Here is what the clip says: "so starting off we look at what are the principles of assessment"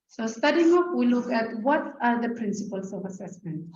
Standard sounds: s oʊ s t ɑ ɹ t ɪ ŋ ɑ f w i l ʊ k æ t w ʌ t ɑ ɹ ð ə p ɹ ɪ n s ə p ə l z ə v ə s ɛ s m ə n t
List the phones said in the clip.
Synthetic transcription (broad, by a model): s oʊ s t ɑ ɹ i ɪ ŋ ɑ p w i l ʊ k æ t w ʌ t ɑ ɹ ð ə p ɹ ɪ n s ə p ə l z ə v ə s ɛ s m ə n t